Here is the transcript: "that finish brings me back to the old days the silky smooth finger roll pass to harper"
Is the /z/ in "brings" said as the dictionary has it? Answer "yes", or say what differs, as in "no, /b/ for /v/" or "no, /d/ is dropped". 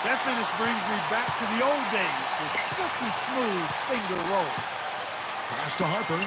yes